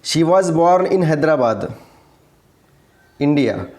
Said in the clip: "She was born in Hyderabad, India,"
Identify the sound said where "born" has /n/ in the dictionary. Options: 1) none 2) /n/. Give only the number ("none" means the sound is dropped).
2